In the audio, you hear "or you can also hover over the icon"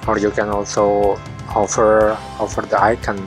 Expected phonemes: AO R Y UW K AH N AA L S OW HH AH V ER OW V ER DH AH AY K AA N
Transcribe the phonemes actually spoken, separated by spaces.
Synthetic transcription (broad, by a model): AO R Y UW K AH N AA L S OW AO F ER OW F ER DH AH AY K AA N